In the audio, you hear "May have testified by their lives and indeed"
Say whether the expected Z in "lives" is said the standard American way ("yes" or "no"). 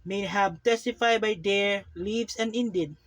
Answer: no